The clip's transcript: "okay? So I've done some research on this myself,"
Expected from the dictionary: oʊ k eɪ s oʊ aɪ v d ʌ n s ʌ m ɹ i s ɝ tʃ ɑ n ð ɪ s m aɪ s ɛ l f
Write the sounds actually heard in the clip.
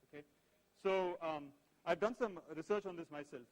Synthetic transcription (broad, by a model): oʊ k eɪ s oʊ aɪ v d ʌ n s ʌ m ɹ i s ɝ tʃ ɑ n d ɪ s m aɪ s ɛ l f